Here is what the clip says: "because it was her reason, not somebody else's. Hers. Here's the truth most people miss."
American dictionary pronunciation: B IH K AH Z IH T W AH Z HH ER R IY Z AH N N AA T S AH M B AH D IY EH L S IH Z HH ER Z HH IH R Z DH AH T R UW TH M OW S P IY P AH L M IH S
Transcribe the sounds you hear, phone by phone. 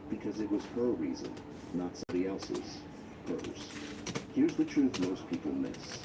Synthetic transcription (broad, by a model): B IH K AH Z IH T W AH Z HH ER R IY Z AH N N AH T S AH M B AH D IY EH L S IH Z HH ER Z HH IH R Z DH AH T R UW TH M OW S P IY P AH L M IH S